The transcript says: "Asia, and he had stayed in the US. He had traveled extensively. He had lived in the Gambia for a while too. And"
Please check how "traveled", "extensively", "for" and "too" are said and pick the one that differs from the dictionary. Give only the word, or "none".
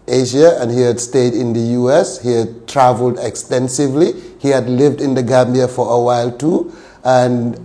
none